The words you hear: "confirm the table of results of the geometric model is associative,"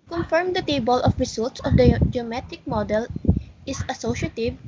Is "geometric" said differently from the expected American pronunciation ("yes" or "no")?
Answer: yes